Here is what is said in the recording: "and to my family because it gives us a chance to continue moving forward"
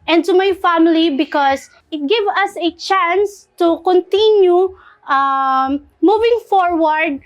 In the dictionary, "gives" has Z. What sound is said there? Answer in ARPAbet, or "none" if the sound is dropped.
none